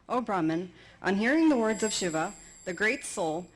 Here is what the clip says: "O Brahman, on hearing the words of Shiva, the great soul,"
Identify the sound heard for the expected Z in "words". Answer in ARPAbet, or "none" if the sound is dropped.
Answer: Z